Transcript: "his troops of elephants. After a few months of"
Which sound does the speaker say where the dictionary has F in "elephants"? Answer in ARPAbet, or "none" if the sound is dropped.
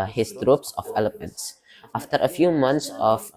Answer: P